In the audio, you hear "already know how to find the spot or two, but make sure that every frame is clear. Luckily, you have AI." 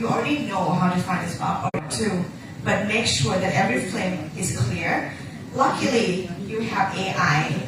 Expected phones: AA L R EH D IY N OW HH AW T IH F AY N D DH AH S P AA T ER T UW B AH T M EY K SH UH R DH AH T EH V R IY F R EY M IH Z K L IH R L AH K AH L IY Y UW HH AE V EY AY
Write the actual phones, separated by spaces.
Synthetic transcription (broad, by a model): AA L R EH D IY N OW HH AW T IH F AY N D DH AH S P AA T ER T UW B AH T M EY K SH UH R DH AH T EH V R IY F L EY M IH Z K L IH R L AH K AH L IY Y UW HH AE V EY AY